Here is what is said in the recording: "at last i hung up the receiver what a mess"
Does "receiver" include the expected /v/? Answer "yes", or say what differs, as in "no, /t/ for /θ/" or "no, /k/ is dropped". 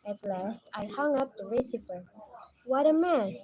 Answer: no, /p/ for /v/